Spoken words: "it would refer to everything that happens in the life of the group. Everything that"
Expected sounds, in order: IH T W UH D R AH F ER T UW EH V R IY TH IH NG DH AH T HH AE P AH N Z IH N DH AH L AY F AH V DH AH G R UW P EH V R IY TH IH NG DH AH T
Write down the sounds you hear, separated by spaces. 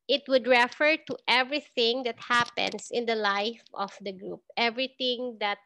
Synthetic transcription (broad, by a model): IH T W UH D R AH F ER T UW EH V R IY TH IH NG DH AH T HH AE P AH N S IH N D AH L AY F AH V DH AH G R UW P EH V R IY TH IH NG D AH T